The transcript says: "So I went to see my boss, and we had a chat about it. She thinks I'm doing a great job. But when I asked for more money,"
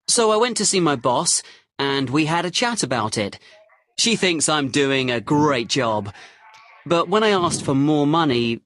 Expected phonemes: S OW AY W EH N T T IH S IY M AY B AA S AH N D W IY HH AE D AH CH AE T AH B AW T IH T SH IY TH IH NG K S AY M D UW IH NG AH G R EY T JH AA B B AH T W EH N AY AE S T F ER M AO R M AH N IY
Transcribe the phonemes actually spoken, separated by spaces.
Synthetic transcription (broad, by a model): S OW AY W EH N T T IH S IY M AY B AA S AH N W IY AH D AH CH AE T AH B AW T IH T SH IY TH IH NG K S AY M D UW IH NG AH G R EY T JH AA B B AH T W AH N AY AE S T F ER M AO R M AH N IY